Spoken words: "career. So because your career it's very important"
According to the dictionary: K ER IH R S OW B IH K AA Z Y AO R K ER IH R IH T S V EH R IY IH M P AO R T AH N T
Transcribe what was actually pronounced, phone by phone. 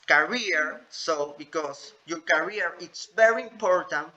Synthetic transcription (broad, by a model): K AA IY R S OW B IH K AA S Y AO R K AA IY R IH T S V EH R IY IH M P AO R T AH N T